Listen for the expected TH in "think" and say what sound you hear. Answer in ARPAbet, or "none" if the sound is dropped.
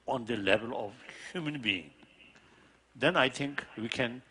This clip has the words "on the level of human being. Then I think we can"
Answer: T